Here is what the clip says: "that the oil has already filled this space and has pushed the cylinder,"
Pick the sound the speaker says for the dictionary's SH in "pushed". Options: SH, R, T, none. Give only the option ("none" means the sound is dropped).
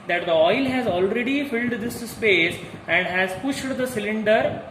SH